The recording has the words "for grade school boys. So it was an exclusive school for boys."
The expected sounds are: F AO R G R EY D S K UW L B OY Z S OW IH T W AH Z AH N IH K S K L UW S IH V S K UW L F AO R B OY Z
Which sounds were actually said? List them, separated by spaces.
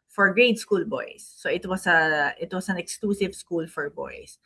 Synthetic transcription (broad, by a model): F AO R G R EY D S K UW L B OY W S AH IH T W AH S AH N IH K S K L UW S IH V S K UW L F AO R B OY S